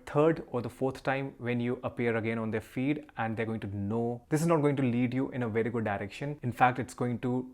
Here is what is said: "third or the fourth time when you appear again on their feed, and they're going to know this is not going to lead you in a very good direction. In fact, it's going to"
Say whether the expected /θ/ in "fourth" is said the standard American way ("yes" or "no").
no